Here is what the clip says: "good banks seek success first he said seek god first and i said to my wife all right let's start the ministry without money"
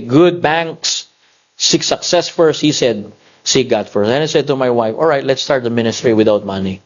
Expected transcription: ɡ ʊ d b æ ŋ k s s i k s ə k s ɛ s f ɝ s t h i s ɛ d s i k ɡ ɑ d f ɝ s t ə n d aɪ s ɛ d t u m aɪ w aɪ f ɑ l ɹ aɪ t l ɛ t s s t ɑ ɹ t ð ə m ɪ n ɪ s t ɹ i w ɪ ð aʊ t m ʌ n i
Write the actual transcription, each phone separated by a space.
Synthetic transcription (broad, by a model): ɡ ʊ d b æ ŋ k s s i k s ə k s ɛ s f ɝ s t h i s ɛ d s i ɡ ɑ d f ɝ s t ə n aɪ s ɛ d t u m aɪ w aɪ f ɑ l ɹ aɪ t l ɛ t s s t ɑ ɹ t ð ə m ɪ n ɪ s t ɹ i w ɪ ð aʊ t m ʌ n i